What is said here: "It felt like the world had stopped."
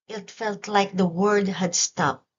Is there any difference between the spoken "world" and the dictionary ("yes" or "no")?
yes